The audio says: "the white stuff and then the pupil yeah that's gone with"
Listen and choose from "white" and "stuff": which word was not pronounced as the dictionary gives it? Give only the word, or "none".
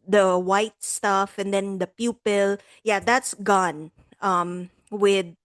none